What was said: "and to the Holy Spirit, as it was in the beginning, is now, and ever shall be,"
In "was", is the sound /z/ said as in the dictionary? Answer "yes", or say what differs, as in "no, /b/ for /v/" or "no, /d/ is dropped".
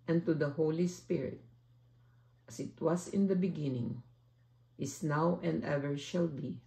no, /s/ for /z/